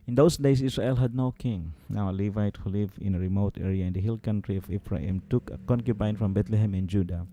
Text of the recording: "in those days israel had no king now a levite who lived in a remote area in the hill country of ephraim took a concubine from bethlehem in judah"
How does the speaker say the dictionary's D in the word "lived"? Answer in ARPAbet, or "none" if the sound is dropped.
none